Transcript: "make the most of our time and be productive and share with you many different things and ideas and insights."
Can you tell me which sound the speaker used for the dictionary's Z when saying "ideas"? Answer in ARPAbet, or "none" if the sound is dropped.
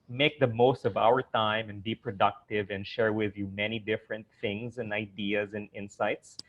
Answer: Z